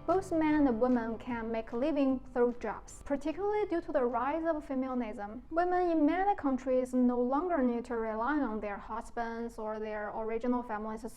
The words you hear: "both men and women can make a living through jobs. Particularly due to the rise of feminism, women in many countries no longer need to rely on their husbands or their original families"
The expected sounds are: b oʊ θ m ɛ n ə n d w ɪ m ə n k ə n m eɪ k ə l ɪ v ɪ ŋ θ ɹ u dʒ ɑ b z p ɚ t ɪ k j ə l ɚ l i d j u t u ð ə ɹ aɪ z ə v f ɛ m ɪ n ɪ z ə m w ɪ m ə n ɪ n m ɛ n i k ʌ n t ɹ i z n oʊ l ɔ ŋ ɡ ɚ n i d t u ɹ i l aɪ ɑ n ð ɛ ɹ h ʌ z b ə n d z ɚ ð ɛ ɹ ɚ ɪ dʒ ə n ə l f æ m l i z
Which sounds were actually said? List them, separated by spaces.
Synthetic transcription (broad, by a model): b oʊ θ m ɛ n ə n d w ɪ m ə n k ə n m eɪ k l ɪ v ɪ ŋ θ ɹ u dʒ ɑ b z p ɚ t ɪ k j l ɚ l i d j u t u ð ə ɹ aɪ z ə v f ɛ m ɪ n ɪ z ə m w ɪ m ə n ɪ n m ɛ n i k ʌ n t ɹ i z n oʊ l ɔ ŋ ɡ ɚ n i d t u ɹ i l aɪ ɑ n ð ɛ ɹ h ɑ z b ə n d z ɚ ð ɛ ɹ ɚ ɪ dʒ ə n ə l f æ m l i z